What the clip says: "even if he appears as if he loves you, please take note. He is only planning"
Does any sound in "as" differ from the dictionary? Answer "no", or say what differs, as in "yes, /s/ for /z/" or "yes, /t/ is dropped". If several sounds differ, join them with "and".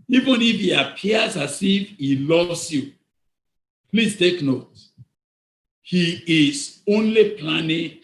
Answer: yes, /s/ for /z/